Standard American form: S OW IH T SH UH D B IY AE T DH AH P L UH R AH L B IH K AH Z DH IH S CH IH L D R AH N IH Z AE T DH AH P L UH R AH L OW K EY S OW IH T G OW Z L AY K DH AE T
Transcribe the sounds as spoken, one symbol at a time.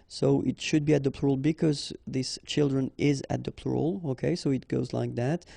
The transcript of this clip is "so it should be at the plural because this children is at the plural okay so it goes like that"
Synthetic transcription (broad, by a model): S OW IH T SH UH D B IY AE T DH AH P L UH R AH L B IH K AH Z DH IH S CH IH L D R AH N IH Z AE T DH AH P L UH R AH L OW K EY S OW IH T G OW Z L AY K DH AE T